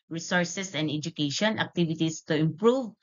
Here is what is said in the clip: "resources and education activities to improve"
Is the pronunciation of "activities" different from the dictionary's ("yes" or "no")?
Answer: yes